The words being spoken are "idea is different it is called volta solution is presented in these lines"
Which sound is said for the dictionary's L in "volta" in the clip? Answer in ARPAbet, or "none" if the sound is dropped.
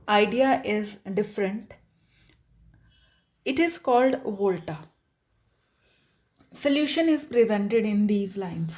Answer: L